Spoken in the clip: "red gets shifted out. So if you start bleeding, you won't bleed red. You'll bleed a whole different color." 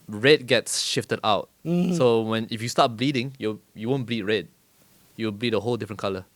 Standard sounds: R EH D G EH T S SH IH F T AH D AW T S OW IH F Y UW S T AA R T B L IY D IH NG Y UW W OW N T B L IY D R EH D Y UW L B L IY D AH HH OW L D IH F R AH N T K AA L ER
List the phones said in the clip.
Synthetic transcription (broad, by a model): R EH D G EH T S SH IH F T AH D AW T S OW IH F Y UW S T AA T B L IY D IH NG Y UW W OW N B L IY D R EH D Y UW W B L IY D AH HH OW L D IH F R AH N K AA L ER